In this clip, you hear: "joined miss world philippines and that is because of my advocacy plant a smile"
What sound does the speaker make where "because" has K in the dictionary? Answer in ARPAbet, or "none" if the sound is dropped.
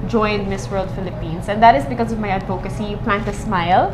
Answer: K